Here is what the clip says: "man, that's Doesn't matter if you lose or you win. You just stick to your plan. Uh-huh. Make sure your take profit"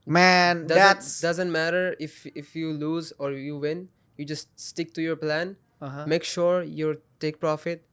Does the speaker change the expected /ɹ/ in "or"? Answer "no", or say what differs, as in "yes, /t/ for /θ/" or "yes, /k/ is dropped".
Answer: no